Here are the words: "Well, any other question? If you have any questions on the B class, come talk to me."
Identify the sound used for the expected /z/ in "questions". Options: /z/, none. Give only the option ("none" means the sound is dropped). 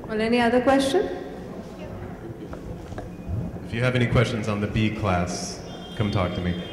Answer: /z/